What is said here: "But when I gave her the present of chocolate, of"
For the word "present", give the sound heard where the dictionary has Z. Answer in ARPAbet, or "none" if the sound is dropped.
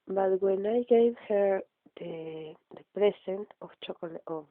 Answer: S